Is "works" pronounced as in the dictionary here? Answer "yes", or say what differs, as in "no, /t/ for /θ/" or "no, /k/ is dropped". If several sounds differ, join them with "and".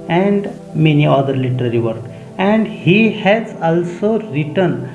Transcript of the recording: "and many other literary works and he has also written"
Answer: no, /s/ is dropped